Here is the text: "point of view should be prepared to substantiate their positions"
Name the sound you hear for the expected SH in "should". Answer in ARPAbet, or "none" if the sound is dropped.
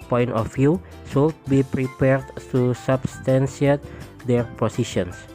S